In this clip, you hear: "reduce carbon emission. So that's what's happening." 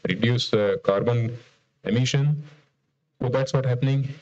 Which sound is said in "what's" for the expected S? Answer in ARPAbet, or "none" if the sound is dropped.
none